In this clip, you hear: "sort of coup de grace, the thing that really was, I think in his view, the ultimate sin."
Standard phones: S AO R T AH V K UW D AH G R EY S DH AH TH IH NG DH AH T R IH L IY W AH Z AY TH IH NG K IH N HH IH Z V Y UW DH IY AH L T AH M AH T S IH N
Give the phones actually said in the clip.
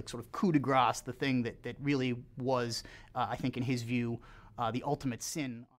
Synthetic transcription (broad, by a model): S AO R T AH V K UW D AH G R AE S DH AH TH IH NG DH AH T R IH L IY W AH Z AY TH IH NG K IH N IH Z V Y UW DH IY AH L T AH M AH T S IH N